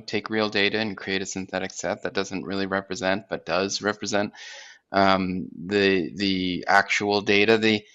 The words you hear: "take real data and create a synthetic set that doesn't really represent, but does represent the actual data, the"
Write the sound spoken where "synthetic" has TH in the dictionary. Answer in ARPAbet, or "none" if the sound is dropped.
TH